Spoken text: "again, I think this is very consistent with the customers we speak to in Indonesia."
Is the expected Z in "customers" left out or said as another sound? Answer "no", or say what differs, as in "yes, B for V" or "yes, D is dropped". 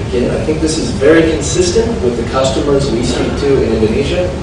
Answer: no